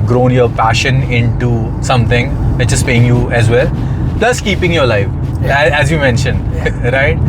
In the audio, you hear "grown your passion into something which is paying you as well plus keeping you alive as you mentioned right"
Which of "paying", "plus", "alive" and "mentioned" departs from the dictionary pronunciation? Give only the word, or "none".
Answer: alive